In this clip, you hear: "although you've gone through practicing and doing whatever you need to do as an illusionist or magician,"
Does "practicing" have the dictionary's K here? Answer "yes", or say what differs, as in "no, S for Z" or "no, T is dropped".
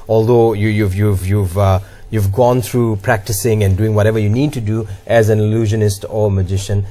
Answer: yes